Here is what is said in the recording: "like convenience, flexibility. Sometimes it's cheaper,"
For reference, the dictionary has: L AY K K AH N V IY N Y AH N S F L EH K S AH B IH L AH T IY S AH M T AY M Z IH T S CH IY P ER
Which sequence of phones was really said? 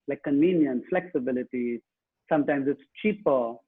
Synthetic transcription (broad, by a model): L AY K K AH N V IY N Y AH N F L EH K S AH B IH L AH T IY S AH M T AY M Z IH T S CH IY P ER